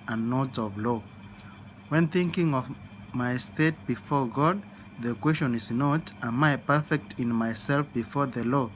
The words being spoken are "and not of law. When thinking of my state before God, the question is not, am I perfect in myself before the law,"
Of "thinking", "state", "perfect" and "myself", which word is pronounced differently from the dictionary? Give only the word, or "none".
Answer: none